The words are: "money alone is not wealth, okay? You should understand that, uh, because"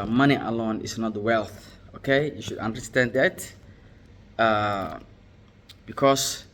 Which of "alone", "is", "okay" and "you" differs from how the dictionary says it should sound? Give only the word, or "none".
is